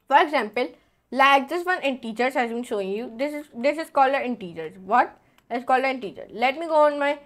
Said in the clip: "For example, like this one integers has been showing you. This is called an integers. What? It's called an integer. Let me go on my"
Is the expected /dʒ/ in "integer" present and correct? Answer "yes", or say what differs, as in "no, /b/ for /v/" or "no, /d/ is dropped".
no, /tʃ/ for /dʒ/